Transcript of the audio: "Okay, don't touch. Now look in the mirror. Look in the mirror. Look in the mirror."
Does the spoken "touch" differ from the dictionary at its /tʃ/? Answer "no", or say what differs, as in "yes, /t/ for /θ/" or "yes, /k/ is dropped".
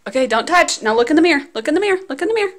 no